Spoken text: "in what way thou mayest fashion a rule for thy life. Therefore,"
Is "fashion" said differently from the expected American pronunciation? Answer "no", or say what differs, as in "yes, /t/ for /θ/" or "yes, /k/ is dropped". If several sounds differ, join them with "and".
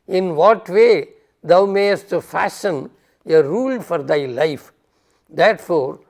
yes, /s/ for /ʃ/